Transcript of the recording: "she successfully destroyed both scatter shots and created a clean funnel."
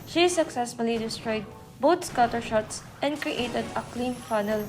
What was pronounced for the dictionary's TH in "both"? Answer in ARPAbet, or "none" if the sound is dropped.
T